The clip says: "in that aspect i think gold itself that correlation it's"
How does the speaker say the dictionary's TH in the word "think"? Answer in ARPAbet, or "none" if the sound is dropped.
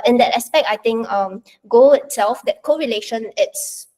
T